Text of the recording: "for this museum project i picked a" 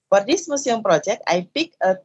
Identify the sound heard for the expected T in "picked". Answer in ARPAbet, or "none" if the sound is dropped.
none